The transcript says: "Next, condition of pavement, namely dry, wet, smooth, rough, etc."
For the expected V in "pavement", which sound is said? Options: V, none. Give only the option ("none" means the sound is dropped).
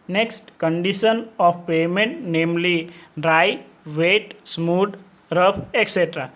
none